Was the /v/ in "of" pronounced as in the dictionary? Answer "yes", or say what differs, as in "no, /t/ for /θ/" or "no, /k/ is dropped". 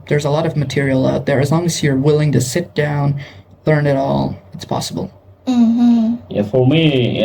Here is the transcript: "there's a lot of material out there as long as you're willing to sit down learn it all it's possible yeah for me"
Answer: yes